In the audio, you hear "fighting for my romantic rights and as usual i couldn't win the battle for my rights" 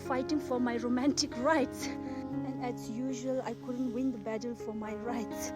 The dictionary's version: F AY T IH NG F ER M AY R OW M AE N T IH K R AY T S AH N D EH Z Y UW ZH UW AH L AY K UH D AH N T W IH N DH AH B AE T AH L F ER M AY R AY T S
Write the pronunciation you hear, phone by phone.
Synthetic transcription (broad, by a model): F AY T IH NG F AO M AY R OW M AE N T IH K R AY T S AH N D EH S Y UW ZH UW AH L AY K UH D AH N T W IH N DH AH B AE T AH L F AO M AY R AY T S